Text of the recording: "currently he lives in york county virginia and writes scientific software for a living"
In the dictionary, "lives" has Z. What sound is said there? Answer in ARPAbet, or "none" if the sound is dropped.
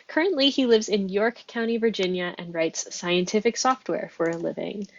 Z